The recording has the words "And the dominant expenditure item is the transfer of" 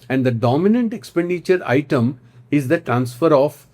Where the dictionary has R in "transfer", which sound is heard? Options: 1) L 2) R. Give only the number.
2